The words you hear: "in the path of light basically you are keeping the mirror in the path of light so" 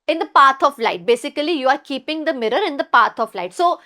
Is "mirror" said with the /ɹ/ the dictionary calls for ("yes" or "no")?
yes